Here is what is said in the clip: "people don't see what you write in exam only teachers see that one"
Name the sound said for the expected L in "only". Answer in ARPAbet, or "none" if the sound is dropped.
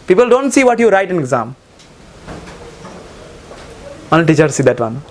none